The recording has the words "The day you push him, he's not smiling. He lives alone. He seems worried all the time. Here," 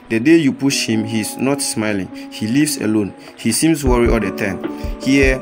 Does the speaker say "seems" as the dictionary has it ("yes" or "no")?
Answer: no